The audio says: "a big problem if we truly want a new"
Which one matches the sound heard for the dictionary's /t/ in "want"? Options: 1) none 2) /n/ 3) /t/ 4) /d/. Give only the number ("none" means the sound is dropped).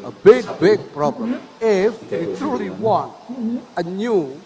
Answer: 1